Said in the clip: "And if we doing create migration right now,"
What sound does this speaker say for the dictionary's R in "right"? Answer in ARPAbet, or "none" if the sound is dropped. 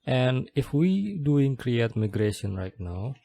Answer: R